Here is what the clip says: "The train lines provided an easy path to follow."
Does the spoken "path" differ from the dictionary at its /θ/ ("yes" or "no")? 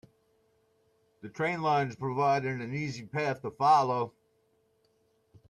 no